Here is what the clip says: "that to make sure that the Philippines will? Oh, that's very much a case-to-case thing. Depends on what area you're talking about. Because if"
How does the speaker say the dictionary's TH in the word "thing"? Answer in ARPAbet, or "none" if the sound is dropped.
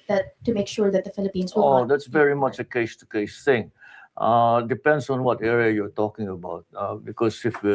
S